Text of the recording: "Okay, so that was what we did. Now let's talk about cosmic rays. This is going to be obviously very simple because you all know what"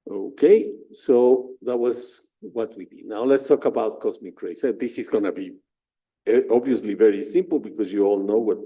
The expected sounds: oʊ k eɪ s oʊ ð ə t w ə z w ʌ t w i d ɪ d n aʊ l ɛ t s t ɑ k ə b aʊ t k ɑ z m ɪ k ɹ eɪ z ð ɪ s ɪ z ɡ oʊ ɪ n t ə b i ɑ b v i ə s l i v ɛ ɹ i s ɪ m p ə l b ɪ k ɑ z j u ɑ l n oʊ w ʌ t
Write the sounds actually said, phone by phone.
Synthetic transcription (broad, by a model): oʊ k eɪ s oʊ ð ə t w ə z w ʌ t w i d ɪ d n aʊ l ɛ t s t ɑ k ə b aʊ t k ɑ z m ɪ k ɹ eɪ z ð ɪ s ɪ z ɡ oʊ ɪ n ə b i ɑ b v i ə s l i v ɛ ɹ i s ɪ m p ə l b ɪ k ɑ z j u ɑ l n oʊ w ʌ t